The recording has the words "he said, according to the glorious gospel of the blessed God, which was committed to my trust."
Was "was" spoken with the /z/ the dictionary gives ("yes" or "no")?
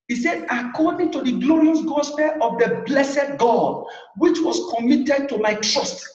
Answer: no